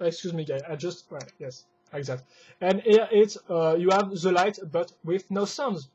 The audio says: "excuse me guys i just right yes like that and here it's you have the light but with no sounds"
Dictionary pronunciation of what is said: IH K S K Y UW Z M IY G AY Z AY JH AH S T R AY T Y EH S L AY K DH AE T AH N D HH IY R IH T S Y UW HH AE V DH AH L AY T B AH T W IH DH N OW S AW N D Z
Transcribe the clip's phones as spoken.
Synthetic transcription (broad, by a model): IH K S K Y UW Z M IY G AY AY JH AH S T W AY Y EH S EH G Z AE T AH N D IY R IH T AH Y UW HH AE V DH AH L AY T B AH T W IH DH N OW S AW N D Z